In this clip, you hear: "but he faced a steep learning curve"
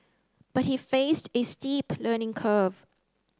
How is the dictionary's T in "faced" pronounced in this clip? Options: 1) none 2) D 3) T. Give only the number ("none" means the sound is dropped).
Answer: 3